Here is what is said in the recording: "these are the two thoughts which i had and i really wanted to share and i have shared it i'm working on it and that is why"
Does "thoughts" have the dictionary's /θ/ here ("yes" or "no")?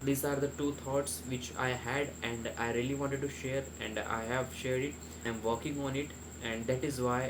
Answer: no